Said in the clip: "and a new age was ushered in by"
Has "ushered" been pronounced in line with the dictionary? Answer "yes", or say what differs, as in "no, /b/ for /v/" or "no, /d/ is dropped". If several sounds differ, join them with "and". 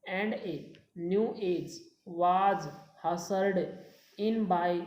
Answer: no, /s/ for /ʃ/